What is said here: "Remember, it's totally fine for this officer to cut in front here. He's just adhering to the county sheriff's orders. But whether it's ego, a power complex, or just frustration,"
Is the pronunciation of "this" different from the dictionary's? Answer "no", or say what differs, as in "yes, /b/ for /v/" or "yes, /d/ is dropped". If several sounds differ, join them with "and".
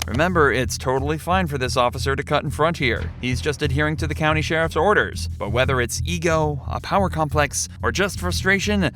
no